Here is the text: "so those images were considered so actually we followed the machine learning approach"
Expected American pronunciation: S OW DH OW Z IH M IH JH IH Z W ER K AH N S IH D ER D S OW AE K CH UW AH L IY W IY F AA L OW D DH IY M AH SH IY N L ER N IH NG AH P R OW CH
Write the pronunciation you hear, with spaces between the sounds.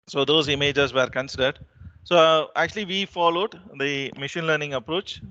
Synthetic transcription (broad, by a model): S OW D OW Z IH M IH JH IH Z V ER K AH N S IH D ER D S OW AE K CH UW AH L IY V IY F AA L OW D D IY M AH SH IY N L ER N IH NG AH P R OW CH